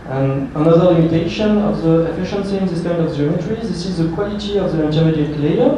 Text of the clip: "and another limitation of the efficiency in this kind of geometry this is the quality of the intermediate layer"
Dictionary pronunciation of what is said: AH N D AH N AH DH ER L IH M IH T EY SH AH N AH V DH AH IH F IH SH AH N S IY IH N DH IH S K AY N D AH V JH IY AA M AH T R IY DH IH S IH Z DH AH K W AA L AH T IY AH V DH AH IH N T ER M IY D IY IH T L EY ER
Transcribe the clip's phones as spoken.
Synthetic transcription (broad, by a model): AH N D AH N AH DH ER L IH M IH T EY SH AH N AH V DH AH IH F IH SH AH N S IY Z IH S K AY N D AH V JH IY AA M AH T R IY DH IH S IH Z DH AH K W AA L AH T IY AH V DH AH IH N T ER IY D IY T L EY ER